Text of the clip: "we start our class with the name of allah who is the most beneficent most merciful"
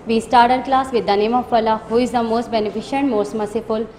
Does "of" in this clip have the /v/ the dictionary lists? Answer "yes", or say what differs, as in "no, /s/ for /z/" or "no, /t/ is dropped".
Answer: no, /p/ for /v/